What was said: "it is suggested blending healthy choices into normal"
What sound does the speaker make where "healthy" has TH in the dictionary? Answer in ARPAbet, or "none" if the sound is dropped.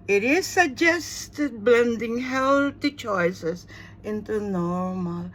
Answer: T